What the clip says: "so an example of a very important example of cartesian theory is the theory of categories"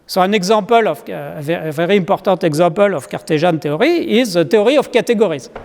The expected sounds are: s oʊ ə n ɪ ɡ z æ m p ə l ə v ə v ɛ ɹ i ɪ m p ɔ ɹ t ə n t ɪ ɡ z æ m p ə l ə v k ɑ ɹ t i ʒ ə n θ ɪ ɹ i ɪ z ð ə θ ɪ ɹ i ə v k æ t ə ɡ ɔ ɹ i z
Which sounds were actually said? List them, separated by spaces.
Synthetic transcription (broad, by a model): s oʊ ə n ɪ ɡ z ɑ p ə l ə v ə v ɛ ɹ i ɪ p ɔ ɹ t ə t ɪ ɡ z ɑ p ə l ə f k ɑ ɹ t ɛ ʒ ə n t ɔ ɹ i ɪ z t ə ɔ ɹ i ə f k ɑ t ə ɡ ɔ ɹ i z